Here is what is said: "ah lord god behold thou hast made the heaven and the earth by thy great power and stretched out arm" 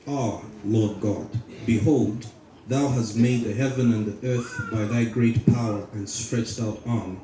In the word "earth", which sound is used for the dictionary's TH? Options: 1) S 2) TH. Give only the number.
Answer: 2